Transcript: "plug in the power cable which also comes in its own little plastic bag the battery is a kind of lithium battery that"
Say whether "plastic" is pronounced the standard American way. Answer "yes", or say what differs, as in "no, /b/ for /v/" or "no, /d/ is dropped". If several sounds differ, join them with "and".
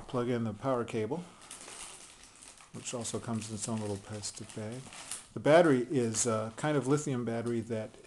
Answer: no, /l/ is dropped